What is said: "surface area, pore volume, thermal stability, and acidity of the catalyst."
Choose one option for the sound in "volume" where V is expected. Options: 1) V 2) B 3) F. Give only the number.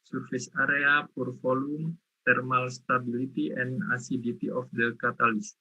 3